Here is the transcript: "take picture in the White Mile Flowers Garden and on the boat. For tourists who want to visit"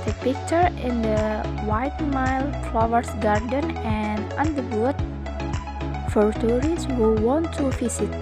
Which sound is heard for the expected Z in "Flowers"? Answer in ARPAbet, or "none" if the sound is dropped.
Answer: S